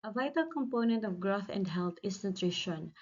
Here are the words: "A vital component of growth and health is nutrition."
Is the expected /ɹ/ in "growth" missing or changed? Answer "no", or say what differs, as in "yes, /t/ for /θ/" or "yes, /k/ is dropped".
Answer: no